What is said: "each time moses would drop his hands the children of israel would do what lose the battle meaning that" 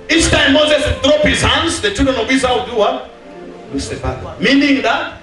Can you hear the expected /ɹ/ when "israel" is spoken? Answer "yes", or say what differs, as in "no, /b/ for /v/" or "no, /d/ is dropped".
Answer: no, /ɹ/ is dropped